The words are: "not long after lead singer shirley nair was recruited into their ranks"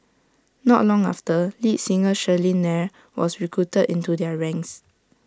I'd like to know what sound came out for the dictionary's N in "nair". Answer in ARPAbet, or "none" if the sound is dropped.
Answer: N